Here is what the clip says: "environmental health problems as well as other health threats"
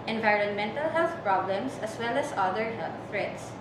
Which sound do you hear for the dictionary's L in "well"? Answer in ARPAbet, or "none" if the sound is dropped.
L